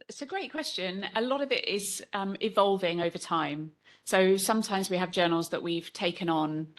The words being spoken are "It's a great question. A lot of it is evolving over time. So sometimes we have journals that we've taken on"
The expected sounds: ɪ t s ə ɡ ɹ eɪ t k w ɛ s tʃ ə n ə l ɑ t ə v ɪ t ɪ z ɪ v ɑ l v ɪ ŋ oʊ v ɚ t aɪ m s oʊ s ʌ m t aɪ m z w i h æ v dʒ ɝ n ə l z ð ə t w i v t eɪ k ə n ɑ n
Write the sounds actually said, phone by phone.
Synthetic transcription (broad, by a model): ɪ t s ə ɡ ɹ eɪ t k w ɛ s tʃ ə n ə l ɑ t ə v ɪ t ɪ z ɪ v ɑ l v ɪ ŋ oʊ v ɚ t aɪ m s oʊ s ʌ m t aɪ m z w i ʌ v dʒ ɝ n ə l z ð ə t w i v t eɪ k ə n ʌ n